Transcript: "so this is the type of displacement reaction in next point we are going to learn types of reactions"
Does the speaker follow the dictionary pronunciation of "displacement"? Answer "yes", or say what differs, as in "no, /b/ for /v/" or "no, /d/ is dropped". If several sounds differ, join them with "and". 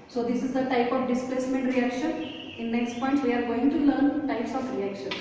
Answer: yes